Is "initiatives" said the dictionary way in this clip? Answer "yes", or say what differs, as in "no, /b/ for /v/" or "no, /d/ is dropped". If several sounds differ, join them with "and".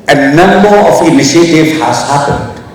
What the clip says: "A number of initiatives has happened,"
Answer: no, /z/ is dropped